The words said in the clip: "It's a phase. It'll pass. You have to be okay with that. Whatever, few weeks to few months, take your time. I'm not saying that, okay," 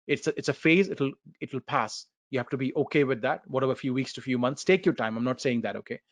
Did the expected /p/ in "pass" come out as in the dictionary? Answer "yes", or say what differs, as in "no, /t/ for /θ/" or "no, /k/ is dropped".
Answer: yes